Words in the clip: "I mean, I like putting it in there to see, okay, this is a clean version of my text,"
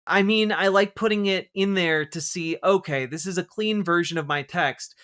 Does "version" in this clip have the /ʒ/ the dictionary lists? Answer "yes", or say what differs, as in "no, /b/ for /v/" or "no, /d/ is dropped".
yes